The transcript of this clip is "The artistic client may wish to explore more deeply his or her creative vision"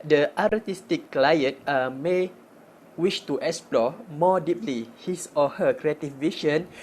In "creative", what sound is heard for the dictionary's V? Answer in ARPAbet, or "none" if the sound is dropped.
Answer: F